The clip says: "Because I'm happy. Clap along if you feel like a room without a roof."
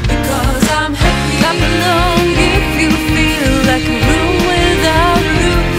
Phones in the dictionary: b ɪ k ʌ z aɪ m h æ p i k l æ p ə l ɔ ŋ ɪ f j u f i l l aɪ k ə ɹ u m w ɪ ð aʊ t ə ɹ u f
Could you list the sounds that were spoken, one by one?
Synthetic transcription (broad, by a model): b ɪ k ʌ z aɪ m h æ p i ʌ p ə n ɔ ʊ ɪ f j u f i l l aɪ k ə ɹ u m w ɪ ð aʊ ə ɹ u